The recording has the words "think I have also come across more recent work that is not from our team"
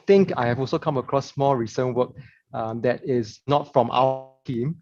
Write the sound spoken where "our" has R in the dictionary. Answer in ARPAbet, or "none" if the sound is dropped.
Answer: W